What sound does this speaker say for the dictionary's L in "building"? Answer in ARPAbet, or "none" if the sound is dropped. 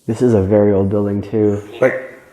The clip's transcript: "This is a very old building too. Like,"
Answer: L